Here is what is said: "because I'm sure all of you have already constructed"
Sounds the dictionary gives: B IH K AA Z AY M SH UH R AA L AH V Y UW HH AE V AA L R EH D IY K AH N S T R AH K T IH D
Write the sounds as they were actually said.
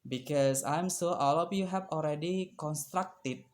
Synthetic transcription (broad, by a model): B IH K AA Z AY M S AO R AA L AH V Y UW HH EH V AA L R EH D IY K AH N S T R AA K T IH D